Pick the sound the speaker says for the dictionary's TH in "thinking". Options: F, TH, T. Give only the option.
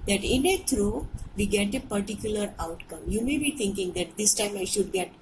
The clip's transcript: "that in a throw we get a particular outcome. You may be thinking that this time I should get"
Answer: T